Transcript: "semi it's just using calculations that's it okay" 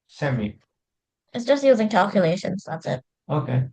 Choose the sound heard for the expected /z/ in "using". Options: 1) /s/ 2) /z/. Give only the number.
2